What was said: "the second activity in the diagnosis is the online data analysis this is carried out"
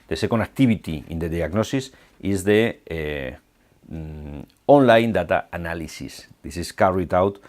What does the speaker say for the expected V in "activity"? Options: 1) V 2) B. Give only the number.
2